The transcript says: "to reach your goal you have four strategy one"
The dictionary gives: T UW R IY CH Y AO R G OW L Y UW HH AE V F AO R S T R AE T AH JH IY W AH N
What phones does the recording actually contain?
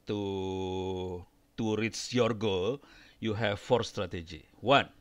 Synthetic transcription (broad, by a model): T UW R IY S Y AO R G OW L Y UW HH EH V F AO R S T R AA T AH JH IY W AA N